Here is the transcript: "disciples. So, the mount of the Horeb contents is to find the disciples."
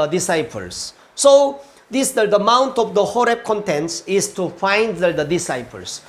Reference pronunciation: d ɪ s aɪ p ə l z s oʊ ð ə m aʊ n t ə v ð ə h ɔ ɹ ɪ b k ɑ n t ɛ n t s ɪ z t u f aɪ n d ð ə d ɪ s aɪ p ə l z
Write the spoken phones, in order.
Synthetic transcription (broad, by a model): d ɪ s aɪ p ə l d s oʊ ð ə m aʊ n t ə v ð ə h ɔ ɹ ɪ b k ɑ n t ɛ n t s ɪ s t u f aɪ n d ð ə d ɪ s aɪ p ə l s